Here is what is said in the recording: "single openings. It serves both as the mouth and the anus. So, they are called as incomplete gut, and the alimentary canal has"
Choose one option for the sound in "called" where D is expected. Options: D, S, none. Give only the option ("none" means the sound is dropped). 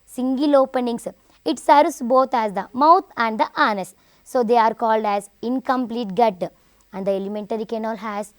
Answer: D